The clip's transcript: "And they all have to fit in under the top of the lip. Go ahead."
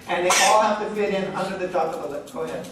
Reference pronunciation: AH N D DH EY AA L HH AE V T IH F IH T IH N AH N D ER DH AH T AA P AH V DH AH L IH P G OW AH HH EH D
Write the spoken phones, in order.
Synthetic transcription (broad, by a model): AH N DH EY AA L HH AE F T IH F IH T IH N AH N D ER DH AH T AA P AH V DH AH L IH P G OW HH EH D